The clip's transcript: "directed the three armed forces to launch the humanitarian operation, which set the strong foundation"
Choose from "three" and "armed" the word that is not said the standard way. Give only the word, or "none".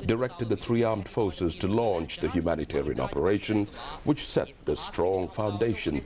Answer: none